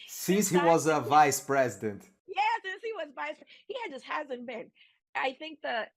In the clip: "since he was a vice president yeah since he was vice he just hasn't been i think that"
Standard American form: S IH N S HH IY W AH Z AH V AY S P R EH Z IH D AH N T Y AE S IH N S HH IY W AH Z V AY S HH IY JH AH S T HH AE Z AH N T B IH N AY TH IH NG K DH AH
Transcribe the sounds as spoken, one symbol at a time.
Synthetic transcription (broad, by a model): S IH N S HH IY W AH Z AH V AY S P R EH Z IH D AH N T Y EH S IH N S HH IY W AH Z V AY S HH IY JH AH S T HH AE Z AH N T B IH N AY TH IH NG K DH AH